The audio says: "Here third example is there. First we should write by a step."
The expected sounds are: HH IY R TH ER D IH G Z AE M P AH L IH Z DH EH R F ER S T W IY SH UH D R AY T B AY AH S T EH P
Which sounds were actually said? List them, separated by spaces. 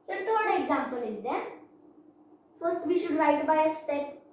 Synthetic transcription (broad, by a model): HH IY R T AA D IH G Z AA M P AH L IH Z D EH R F ER S T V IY SH UH D R AY T B AY AH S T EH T